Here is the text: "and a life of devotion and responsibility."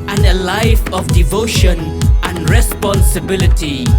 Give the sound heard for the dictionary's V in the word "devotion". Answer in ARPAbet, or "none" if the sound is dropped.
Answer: V